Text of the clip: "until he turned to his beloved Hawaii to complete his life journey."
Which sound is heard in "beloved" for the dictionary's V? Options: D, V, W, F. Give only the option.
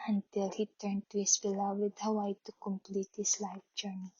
W